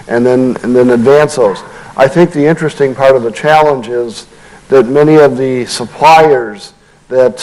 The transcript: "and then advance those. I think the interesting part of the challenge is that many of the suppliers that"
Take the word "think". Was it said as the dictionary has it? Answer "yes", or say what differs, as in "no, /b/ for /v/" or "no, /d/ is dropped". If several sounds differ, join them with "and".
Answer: yes